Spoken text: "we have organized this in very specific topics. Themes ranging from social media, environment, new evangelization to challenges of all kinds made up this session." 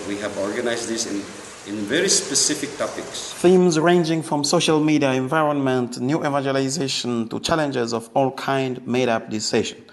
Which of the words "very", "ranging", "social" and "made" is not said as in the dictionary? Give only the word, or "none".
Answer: none